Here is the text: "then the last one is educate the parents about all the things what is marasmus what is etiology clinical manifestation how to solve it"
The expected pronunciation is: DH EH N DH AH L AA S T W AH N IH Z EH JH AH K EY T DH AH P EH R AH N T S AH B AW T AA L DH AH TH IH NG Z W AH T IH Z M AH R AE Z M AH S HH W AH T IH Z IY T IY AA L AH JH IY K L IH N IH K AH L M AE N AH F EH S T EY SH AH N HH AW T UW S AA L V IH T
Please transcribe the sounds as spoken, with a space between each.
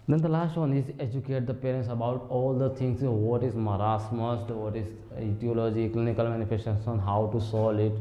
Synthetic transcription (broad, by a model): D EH N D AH L AA S T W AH N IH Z EH JH AH K EY T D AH P EH R AH N T S AH B AW T AA L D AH T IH NG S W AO T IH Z M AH R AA S M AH S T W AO T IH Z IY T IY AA L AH JH IY K L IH N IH K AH L M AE N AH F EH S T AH S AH N HH AW T UW S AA L IH T